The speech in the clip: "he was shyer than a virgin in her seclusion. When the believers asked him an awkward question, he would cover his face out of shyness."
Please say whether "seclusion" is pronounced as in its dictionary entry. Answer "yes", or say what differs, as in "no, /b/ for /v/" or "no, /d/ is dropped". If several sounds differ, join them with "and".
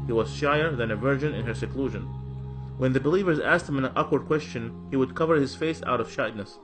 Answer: yes